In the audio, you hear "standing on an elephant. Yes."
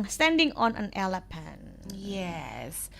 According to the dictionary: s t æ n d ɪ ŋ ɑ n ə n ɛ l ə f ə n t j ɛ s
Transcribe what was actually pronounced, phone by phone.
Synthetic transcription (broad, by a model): s t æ n d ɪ ŋ ɑ n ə n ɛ l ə p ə n j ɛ s